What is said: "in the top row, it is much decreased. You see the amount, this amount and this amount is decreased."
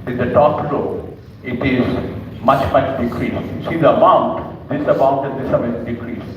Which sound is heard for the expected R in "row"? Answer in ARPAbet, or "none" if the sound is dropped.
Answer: L